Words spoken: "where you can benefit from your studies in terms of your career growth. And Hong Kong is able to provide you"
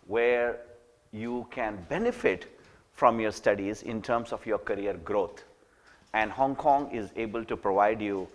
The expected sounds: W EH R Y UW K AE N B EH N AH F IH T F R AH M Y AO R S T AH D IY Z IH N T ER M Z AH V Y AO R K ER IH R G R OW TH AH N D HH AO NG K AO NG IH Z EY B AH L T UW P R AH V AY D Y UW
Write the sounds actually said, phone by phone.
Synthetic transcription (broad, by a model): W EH R Y UW K AE N B EH N AH F IH T F R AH M Y AO R S T AH D IY Z IH N T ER M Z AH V Y AO R K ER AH R G R OW T AH N D HH AO NG K AO NG IH Z EY B AH L T UW P R AH V AY D Y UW